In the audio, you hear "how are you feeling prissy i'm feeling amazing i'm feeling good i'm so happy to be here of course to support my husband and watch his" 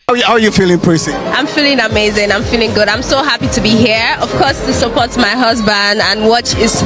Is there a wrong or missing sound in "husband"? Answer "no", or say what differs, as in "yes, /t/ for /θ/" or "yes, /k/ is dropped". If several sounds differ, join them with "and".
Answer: no